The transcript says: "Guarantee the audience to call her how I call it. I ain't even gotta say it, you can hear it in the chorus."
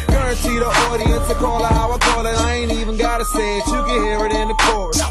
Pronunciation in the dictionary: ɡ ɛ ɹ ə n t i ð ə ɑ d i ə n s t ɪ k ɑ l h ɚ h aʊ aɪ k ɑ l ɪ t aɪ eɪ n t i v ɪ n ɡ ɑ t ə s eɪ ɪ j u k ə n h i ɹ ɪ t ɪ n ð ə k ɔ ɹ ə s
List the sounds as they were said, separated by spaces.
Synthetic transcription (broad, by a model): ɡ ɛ ɹ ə n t i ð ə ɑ d i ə n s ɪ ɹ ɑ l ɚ h aʊ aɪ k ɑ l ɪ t aɪ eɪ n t i v ɪ n ɡ ɑ t ə s eɪ ɪ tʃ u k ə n h i ɹ ɪ t ɪ n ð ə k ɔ ɹ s